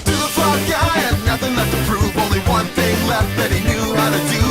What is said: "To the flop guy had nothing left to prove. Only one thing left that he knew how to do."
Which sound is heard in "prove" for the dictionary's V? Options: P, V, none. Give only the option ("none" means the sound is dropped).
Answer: none